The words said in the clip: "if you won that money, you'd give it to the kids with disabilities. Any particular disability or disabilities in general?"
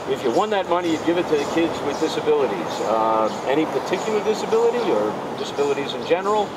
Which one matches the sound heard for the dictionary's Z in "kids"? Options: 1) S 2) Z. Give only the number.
2